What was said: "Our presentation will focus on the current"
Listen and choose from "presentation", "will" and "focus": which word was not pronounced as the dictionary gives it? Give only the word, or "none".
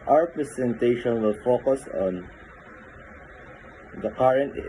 presentation